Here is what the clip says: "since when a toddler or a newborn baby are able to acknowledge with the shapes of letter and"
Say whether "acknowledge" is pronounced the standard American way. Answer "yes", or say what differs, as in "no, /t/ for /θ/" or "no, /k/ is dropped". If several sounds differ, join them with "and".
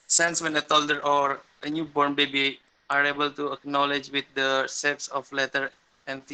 yes